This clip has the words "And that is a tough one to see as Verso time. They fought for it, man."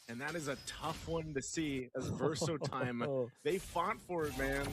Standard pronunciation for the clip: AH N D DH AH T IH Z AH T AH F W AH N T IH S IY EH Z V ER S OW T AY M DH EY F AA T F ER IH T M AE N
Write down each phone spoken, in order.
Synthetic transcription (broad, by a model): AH N DH AH T IH Z AH T AH F W AH N T IH S IY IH Z V ER S OW T AY M DH EY F AA T F ER IH T M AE N